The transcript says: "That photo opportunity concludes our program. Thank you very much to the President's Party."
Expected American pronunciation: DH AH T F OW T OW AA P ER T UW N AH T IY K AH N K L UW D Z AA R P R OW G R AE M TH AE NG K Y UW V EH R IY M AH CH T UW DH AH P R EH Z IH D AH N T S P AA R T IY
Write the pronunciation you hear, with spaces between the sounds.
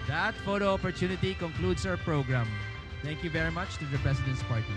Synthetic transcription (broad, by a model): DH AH T F OW T OW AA P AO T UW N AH T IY K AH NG K L UW D S AA R P R OW G R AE M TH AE NG K Y UW V EH R IY M AH CH T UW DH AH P R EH S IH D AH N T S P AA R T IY